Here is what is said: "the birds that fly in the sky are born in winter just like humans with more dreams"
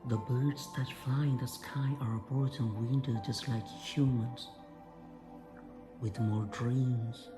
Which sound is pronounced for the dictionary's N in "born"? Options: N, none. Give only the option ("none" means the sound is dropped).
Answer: none